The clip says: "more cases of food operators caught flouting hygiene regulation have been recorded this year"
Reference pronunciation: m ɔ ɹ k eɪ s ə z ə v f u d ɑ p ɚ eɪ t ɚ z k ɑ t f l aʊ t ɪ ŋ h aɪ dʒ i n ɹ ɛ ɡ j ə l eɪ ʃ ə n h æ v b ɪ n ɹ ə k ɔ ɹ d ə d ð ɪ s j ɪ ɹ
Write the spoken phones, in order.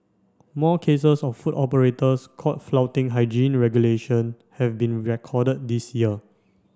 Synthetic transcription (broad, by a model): m ɔ k eɪ s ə s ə f f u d ɑ p ɚ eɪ t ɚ s k ɑ t f l aʊ t ɪ ŋ h aɪ dʒ i n ɹ ɛ ɡ j ə l eɪ ʃ ə n h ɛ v b ɪ n ɹ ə k ɔ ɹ d ə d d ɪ s j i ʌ